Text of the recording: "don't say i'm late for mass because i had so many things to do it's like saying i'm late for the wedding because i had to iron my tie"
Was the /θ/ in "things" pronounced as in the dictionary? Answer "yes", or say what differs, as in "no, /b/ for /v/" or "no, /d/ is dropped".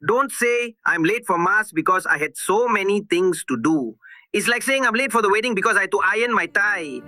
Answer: no, /t/ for /θ/